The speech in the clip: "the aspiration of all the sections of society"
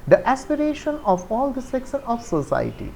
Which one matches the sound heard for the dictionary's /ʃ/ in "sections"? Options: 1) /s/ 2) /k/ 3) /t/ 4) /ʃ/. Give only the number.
1